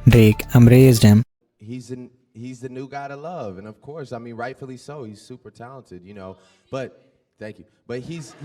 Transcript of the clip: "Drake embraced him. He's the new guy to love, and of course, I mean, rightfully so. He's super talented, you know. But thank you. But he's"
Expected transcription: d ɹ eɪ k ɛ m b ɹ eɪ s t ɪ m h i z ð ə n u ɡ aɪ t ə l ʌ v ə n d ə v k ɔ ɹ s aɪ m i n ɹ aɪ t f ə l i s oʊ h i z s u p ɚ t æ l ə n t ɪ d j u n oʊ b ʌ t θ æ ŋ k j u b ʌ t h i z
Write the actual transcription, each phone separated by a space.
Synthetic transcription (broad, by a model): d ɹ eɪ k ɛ m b ɹ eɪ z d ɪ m h i z ð ə n u ɡ aɪ t ə l ʌ v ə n ə v k ɔ ɹ s aɪ m i n ɹ aɪ t f l i s oʊ h i z s u p ɚ t æ l ə n t ɪ d j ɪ n oʊ b ʌ t θ æ ŋ k j u b ʌ t h i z